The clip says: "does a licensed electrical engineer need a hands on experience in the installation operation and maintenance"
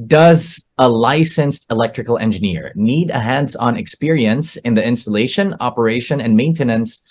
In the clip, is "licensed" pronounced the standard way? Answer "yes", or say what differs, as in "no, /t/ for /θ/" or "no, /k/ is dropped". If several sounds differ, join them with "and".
yes